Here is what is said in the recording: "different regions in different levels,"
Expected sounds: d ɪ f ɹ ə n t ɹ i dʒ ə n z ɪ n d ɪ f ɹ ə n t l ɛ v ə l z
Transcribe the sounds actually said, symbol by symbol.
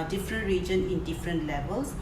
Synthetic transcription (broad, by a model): d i f ɹ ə n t ɹ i dʒ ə n ɪ n d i f ɹ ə n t l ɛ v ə l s